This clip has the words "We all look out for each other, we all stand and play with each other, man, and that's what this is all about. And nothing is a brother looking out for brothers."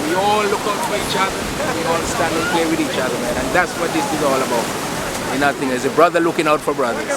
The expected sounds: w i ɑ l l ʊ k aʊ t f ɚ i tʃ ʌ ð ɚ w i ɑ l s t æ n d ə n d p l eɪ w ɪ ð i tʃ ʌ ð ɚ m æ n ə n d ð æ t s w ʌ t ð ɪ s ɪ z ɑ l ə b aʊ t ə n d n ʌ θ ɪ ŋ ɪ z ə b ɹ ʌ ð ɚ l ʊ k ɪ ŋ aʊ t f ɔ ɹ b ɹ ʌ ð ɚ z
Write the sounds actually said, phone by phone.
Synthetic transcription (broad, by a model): w i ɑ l l ʊ k aʊ t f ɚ i tʃ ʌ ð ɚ w i ɑ l s t æ n d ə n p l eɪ w ɪ ð i tʃ ʌ ð ɚ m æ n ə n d ð æ t s w ʌ t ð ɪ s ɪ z ɑ l ə b aʊ t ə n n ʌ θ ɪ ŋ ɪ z ə b ɹ ʌ ð ɚ l ʊ k ɪ ŋ aʊ t f ɔ ɹ b ɹ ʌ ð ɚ